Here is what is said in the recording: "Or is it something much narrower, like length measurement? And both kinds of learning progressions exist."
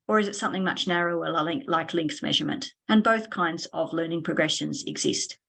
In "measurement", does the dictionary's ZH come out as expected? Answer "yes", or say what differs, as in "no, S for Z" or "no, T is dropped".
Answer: yes